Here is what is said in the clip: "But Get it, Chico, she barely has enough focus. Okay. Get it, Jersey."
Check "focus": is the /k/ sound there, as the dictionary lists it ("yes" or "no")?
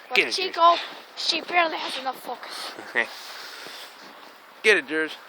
yes